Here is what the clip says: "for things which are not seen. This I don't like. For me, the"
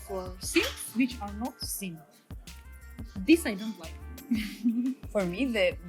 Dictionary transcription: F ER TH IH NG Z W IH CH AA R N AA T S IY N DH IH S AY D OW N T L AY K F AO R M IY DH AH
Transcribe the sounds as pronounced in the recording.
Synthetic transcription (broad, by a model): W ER S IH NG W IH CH AA R N AA T S IY N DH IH S AY D OW N T L AY K F AO R M IY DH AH